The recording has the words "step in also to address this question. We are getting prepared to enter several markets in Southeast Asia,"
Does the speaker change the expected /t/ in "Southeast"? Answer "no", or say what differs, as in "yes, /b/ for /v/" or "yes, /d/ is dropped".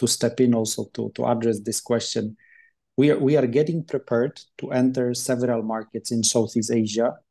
yes, /t/ is dropped